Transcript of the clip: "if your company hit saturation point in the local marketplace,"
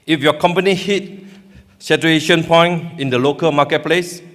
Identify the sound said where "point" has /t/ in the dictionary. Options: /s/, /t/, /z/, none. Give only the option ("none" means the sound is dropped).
none